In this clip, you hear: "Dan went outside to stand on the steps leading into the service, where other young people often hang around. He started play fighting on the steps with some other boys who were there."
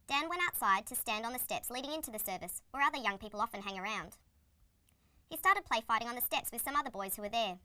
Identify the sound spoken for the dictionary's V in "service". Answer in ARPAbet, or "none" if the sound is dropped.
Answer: V